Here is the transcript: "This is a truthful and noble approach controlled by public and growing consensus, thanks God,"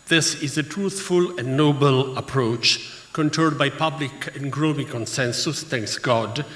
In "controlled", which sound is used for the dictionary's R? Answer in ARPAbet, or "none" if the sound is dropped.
none